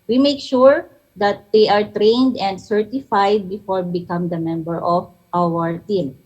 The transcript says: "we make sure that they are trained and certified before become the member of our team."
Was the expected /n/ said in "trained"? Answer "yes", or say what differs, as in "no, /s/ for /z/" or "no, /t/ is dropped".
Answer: yes